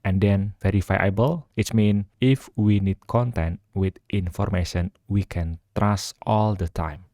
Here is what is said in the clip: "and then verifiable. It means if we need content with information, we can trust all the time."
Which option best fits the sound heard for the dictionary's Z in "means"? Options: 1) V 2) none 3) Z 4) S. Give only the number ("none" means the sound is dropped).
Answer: 2